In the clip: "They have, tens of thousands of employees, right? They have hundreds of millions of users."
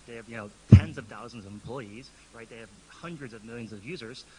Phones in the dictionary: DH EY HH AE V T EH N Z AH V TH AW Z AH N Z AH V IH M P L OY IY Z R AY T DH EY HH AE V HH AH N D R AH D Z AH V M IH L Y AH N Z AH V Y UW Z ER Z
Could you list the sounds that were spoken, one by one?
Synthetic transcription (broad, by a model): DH EY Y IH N T EH N Z AH V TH AW Z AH N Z AH V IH M P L OY IY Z R AY T DH EY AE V HH AH N D R AH D Z AH V M IH L Y AH N Z AH V Y UW Z ER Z